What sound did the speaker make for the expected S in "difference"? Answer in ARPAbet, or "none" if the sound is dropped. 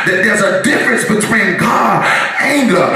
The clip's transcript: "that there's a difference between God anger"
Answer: S